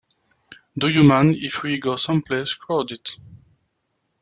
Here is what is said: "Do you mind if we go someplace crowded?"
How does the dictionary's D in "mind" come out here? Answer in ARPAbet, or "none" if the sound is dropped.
none